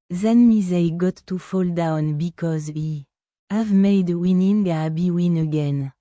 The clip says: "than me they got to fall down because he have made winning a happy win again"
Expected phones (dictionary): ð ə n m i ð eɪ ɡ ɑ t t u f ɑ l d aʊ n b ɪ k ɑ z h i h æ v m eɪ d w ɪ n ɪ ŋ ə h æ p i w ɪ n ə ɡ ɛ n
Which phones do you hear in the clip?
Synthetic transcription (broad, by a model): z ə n m i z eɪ ɡ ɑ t t u f ɑ l d aʊ n b ɪ k ɑ z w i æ v m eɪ d w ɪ n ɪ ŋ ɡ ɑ b i w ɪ n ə ɡ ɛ n